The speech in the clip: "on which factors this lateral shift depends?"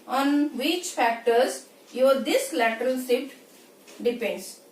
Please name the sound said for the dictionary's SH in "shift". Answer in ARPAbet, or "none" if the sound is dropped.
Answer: S